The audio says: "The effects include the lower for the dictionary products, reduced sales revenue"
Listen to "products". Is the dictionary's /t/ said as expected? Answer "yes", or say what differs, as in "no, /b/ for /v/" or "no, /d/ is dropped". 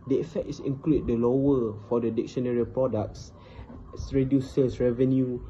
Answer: no, /s/ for /t/